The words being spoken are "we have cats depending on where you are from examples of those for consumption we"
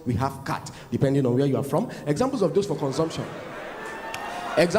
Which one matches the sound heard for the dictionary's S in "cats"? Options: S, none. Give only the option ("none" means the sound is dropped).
none